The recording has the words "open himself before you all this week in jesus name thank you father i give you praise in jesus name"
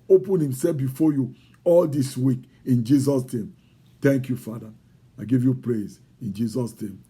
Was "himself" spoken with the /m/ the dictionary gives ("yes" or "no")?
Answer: yes